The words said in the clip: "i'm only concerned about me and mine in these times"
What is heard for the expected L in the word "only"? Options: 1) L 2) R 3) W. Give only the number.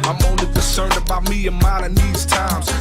1